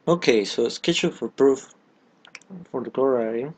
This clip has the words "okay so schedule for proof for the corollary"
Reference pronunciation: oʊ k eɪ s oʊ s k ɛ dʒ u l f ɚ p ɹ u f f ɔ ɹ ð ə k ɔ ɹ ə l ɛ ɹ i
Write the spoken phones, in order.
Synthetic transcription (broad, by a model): oʊ k eɪ s oʊ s k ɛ tʃ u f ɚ p ɹ u f f ɔ ɹ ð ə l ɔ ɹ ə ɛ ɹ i